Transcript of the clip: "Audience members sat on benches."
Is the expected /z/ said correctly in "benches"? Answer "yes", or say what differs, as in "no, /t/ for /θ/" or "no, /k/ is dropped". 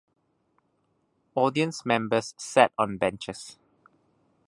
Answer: no, /s/ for /z/